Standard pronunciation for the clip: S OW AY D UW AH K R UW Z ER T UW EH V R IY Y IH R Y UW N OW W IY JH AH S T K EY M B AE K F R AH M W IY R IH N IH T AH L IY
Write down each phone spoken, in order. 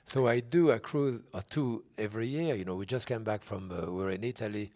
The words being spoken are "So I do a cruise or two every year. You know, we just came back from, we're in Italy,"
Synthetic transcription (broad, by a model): S OW AY D UW AH K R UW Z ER T UW EH V R IY Y IH R Y UW N OW W IY JH AH S T K EY M B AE K F R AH M W IY R IH N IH T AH L IY